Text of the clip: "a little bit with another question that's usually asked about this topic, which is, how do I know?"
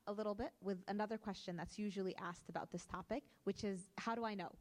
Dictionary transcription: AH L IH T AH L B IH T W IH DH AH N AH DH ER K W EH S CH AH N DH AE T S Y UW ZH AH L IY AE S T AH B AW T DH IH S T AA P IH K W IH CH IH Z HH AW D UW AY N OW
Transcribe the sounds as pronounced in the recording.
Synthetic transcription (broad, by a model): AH L IH T L B IH T W IH DH AH N AH DH ER K W EH S CH AH N DH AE T S Y UW ZH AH L IY AE S T AH B AW T DH IH S T AA P IH K W IH CH IH Z HH AW D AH AY N OW